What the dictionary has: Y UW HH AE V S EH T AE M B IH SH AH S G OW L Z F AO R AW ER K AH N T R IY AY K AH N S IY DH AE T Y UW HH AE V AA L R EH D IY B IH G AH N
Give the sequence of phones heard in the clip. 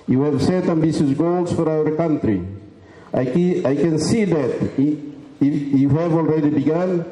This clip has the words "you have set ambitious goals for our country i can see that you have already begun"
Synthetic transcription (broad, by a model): Y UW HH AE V S EH T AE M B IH S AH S G OW L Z F AO R AW ER K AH N T R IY AY K AH N S IY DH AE T Y UW HH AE V AA L R EH D IY B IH G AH N